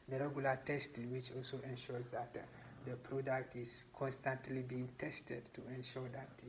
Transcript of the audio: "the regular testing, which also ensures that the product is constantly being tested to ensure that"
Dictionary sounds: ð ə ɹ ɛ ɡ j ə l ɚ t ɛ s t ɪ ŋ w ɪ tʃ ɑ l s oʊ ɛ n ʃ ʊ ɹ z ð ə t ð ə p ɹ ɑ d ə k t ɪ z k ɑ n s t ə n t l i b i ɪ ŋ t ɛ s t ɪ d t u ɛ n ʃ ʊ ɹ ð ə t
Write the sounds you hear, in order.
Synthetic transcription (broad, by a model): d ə ɹ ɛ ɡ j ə l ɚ t ɛ s t ɪ ŋ w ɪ tʃ ɑ l s oʊ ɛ n ʃ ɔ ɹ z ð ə t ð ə p ɹ ɑ d ə k t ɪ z k ɑ n s t ə n t l i b i ɪ ŋ t ɛ s t ɪ d t u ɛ n ʃ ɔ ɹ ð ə t